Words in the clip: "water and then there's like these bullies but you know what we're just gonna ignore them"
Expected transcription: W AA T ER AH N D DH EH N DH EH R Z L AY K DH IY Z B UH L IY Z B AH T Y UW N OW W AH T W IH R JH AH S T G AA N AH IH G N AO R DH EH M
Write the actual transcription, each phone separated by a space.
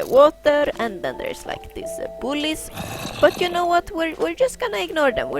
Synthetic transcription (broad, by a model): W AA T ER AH N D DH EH N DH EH R S L AY K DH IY S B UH L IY S B AH T Y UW N OW W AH T W IH R JH AH S T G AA N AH IH G N AO R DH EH M